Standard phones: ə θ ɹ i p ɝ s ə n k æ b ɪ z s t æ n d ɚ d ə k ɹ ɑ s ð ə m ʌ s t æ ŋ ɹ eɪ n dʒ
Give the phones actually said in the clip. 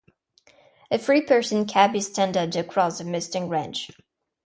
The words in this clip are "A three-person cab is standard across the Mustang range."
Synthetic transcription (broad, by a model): ə f ɹ i p ɝ s ə n k æ b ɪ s t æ n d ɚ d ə k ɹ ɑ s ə m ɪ s t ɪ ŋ ɹ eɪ n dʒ